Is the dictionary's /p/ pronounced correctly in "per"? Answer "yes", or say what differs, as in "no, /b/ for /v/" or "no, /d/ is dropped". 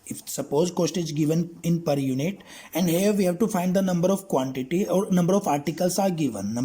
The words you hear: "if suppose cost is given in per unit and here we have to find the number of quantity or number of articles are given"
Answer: yes